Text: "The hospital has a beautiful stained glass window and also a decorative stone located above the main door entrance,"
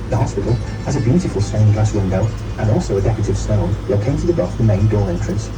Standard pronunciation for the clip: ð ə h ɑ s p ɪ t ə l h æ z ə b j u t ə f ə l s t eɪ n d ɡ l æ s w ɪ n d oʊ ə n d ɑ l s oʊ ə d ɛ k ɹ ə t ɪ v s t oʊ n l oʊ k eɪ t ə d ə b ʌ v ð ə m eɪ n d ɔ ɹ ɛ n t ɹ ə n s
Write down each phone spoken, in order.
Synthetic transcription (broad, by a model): ð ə h ɑ s p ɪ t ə l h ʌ z ə b j u t ə f ə l s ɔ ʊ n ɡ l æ s w ɪ n d oʊ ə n ɑ l s oʊ ə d ɛ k ə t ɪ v s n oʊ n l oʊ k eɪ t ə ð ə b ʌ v ð ə m eɪ n d ɔ ɹ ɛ n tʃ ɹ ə n s